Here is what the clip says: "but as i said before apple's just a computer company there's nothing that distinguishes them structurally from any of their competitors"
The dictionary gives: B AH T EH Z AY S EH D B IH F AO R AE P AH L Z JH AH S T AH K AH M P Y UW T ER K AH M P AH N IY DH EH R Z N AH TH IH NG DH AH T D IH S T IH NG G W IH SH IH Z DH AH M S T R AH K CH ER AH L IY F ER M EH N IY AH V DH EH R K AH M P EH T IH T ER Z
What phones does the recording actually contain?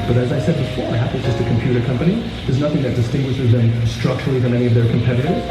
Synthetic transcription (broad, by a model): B AH T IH Z AY S EH D B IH F AO R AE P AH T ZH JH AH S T AH K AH M P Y UW T ER K AH M P AH N IY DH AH R Z N AH TH IH NG DH AH T D IH S T IH NG G W IH SH IH Z DH AH M S T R AH K CH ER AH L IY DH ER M EH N IY AH V DH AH R K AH M P EH T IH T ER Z